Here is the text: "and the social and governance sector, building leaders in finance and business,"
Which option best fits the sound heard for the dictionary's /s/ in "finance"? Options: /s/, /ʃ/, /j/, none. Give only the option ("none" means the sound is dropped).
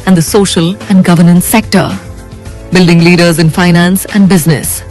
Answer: /s/